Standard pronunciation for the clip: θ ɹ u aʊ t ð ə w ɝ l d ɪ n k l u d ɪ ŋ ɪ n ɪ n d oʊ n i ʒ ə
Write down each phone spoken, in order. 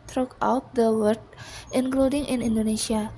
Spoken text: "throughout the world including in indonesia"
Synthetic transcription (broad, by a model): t ɹ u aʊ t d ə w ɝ d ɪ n k l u d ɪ ŋ ɪ n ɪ n d oʊ n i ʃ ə